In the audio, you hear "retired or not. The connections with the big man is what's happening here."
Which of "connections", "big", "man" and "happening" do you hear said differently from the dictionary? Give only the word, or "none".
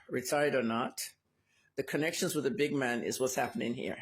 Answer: none